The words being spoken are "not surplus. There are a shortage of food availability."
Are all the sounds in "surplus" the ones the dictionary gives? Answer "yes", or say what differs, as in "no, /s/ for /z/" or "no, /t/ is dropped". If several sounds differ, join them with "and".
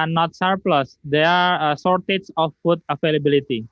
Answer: yes